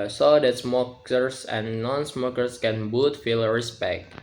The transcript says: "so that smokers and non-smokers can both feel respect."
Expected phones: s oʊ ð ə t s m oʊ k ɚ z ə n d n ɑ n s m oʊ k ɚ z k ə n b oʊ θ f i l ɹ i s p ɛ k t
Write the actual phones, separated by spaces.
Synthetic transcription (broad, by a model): s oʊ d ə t s m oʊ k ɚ s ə n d n ɑ n s m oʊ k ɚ s k ə n b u t f i l ɹ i s p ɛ k t